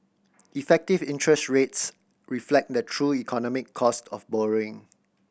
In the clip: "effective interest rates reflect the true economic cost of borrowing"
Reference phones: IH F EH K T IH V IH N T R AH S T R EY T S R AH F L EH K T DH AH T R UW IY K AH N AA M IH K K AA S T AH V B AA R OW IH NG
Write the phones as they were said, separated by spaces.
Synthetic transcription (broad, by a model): IH F EH K T IH V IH N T R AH S T R EY T S R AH F L EH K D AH T R UW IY K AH N AA M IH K K AA S T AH F B AA R OW IH NG